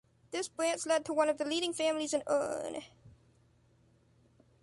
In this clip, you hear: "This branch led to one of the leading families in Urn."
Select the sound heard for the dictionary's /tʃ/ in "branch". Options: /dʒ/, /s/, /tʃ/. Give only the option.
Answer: /s/